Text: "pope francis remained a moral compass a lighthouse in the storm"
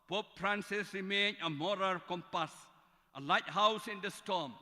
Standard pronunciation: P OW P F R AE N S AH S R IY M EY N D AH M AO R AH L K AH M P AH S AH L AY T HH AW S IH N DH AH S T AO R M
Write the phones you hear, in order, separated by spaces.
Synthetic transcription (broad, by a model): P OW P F R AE N S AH S R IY M EY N AH M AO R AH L K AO M P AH S AH L AY T HH AW S IH N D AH S T AO M